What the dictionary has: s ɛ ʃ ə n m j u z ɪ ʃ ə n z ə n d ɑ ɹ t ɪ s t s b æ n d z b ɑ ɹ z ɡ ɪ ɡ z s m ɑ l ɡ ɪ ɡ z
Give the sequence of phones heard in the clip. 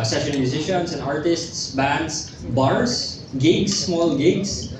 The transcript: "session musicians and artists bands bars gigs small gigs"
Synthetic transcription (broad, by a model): s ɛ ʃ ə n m j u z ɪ ʃ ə n s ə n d ɑ ɹ t ɪ s t s b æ n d s b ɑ ɹ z ɡ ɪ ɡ s m ɑ l ɡ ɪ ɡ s